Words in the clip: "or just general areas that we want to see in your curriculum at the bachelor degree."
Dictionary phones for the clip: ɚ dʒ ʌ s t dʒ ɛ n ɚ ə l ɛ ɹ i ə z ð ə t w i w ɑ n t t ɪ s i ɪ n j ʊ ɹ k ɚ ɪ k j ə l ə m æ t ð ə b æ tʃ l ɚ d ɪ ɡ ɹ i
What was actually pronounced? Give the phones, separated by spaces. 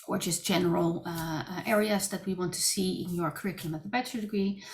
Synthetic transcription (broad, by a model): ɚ dʒ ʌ s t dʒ ɛ n ɚ l ɛ ɹ i ə z ð ə t w i w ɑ n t t ɪ s i ɪ n j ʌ ɹ k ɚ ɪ k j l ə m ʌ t ð ə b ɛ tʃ ɚ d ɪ ɡ ɹ i